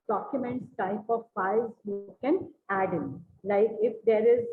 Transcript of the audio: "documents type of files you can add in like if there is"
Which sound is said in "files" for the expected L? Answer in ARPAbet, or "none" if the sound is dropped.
none